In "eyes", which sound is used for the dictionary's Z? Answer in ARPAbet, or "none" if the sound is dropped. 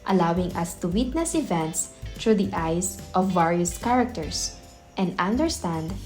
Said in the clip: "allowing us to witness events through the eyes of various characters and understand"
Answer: S